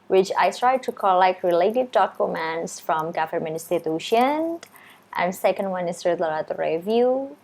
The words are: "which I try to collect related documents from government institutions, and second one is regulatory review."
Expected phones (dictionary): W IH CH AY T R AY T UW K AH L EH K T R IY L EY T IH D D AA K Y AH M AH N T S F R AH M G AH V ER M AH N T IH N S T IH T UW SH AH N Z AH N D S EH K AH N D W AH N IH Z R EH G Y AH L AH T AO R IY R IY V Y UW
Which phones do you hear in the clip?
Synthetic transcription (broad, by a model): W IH CH AY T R AY T UW K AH L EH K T R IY L EY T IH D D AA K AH M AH N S F R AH M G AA F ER M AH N IH S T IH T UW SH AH N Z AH N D S EH K AH N D W AH N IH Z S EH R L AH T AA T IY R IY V Y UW